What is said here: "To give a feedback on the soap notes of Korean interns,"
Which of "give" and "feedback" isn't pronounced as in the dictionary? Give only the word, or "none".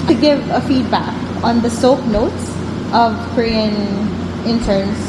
none